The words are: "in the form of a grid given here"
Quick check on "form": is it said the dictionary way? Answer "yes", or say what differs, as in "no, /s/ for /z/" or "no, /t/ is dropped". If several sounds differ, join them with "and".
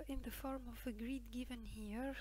yes